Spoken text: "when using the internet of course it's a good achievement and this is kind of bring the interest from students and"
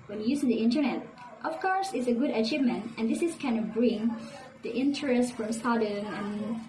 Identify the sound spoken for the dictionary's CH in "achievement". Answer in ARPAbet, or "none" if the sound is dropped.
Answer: CH